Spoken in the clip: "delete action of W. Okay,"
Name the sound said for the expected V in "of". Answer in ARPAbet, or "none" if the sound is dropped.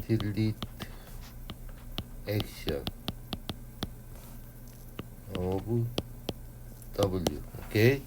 B